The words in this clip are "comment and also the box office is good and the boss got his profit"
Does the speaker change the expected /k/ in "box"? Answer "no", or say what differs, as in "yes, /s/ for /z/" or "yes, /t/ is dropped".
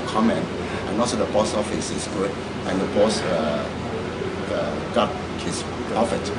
yes, /k/ is dropped